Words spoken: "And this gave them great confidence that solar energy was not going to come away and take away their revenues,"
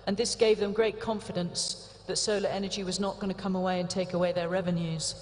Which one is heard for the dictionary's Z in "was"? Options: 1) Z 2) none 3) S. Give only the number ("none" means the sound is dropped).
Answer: 1